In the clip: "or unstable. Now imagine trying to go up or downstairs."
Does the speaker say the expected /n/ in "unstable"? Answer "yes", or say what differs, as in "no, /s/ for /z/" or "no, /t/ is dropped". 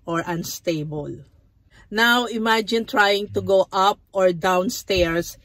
yes